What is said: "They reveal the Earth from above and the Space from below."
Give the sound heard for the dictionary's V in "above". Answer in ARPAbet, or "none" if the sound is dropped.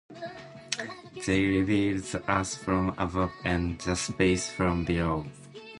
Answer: P